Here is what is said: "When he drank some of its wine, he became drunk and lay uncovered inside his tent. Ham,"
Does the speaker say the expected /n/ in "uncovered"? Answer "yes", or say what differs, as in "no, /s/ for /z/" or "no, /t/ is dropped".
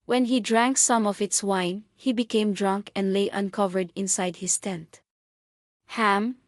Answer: yes